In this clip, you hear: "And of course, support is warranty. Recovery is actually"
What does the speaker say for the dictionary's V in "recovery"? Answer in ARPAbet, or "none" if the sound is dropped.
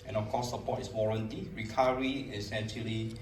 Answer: none